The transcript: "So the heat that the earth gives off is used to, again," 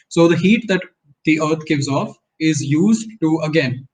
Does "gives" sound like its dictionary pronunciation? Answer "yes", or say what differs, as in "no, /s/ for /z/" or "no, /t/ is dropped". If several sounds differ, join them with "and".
yes